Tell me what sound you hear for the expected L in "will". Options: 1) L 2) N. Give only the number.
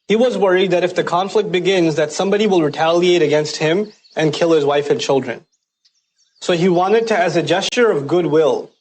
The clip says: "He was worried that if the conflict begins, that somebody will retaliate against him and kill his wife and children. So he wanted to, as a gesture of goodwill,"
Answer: 1